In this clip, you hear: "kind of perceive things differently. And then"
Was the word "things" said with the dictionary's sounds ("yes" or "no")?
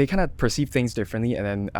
yes